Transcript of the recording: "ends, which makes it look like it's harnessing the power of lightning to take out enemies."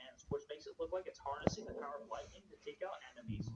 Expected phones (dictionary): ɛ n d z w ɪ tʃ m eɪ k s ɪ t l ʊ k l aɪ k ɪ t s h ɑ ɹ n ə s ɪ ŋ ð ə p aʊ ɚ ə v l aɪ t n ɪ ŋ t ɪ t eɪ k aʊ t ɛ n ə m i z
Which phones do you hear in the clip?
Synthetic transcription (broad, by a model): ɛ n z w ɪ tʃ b eɪ s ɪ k l ʊ k l aɪ k ɪ t s h ɑ ɹ n ə s ɪ ŋ ð ə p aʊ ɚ ə v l aɪ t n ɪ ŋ t ɪ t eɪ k aʊ t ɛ n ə m i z